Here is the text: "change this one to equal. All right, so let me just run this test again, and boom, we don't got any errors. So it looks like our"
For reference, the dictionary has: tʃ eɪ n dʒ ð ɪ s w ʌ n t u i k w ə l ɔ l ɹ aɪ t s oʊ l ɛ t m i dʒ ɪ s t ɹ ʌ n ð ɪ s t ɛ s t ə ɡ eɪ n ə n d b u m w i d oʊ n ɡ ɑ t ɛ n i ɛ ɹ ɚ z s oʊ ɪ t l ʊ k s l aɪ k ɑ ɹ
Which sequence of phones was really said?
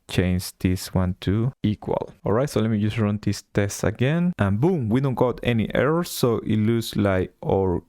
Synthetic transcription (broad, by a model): tʃ eɪ n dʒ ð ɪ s w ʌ n t u i k w ə l ɔ l ɹ aɪ t s oʊ l ɛ t m i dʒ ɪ s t ɹ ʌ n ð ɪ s t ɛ s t ə ɡ eɪ n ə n b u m w i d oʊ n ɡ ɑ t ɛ n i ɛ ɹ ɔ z ɪ t l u s l aɪ k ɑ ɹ